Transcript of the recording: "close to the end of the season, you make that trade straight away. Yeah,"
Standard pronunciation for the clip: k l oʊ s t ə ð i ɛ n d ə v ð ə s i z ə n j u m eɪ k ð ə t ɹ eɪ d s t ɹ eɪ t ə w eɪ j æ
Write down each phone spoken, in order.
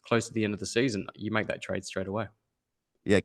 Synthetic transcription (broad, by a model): k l oʊ s t ə ð i ɛ n d ə v ð ə s i z ə n j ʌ m eɪ k ð ə t ɹ eɪ d s t ɹ eɪ t ə w eɪ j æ